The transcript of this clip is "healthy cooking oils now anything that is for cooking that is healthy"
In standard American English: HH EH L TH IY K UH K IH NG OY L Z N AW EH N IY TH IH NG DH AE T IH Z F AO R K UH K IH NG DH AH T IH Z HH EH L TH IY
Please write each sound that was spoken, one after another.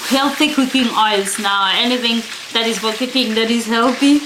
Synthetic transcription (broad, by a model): HH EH L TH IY K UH K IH NG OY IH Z N AW EH N IY TH IH NG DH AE T IH Z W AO L K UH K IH NG DH AH T IH Z HH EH L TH IY